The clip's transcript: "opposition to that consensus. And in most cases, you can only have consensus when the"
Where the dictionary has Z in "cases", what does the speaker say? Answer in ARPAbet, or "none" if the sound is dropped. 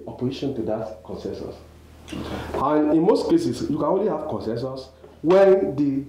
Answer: S